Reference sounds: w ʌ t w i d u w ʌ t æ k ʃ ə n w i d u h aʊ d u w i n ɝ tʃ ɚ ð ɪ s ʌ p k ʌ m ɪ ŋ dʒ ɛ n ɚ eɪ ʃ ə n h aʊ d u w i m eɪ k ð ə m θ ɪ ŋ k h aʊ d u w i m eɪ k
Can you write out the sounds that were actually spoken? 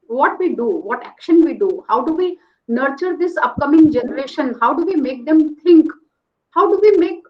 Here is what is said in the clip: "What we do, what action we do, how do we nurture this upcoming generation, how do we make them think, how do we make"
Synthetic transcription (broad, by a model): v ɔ t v i d u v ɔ t æ k ʃ ə n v i d u h aʊ d u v i n ɝ tʃ ɚ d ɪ s ʌ p k ʌ m ɪ ŋ dʒ ɛ n ɚ eɪ ʃ ə n h aʊ d u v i m eɪ k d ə m t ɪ ŋ k h aʊ d u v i m eɪ k